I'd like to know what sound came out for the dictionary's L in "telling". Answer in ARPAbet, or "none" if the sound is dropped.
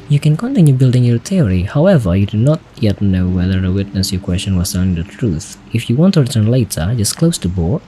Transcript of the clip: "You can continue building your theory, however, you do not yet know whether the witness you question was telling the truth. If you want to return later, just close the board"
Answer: N